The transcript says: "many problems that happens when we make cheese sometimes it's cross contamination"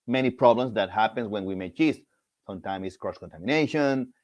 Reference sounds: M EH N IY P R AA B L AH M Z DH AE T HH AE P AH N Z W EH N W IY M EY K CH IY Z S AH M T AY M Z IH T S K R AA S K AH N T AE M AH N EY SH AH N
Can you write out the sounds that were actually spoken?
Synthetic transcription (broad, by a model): M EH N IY P R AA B L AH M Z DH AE T HH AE P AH N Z W EH N W IY M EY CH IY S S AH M T AY M IH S K R AA S K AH N T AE M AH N EY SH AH N